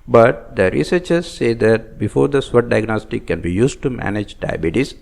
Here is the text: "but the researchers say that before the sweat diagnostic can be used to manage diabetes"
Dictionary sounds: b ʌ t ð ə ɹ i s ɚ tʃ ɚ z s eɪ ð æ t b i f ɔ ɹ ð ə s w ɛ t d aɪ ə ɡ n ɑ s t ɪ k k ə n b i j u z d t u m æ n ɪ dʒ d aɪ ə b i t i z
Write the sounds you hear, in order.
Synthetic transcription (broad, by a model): b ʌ t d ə ɹ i s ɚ tʃ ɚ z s eɪ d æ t b i f ɔ ɹ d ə s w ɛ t d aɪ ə ɡ n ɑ s t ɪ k k ə n b i j u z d t u m æ n ɪ dʒ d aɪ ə b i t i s